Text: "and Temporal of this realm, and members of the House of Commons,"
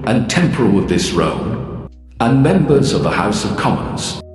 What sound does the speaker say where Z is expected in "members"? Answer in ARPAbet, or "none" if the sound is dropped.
Z